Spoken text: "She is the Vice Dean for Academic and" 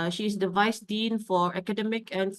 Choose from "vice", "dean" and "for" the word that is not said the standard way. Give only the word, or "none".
none